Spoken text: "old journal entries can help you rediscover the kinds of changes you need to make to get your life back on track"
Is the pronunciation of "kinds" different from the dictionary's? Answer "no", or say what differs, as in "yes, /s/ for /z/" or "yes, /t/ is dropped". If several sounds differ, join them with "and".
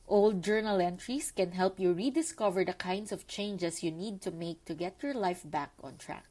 yes, /s/ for /z/